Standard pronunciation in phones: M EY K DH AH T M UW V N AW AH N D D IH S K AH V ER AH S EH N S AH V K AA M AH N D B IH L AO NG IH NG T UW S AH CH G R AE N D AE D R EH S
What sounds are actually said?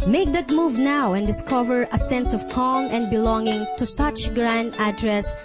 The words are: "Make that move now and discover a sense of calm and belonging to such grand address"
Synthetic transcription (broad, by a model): M EY K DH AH T M UW V N AW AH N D D IH S K AH V ER AH S EH N S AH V K AA M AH N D B IH L AO NG IH NG T UW S AH CH G R AE N D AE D R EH S